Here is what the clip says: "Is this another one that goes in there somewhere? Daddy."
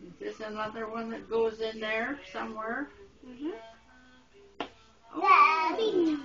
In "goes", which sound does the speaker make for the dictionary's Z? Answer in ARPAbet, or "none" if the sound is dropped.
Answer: Z